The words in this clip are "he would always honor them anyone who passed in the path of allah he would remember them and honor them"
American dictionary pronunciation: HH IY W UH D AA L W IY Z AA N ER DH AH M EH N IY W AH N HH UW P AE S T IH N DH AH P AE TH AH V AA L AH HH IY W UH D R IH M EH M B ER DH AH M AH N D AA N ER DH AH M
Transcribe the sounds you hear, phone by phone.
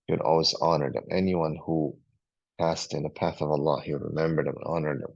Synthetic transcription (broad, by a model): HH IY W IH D AA L W IY Z AA N ER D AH M EH N IY W AH N HH UW P AE S T IH N DH AH P AE TH AH V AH L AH HH IY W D R IH M EH M B ER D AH M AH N AA N ER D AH M